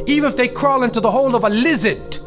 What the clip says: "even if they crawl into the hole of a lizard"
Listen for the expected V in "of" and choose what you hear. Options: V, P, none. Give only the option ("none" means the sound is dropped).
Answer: V